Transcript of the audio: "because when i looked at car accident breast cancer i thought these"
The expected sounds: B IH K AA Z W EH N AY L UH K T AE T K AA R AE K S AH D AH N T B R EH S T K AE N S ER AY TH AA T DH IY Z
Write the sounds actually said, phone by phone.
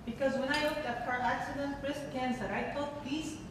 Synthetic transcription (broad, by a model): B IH K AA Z W EH N AY L UH K T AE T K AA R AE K S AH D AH N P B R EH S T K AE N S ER AY T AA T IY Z